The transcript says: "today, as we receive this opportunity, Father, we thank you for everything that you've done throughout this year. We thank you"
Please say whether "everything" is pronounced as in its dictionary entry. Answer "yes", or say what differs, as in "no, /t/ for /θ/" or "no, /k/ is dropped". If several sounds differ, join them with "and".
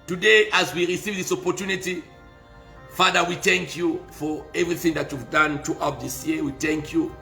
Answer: yes